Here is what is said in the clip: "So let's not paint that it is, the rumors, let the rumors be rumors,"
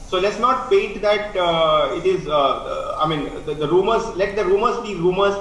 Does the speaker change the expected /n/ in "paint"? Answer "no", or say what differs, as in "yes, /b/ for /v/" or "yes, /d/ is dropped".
yes, /n/ is dropped